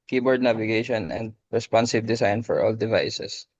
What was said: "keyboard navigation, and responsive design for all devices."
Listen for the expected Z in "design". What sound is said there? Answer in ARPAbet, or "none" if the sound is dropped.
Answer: S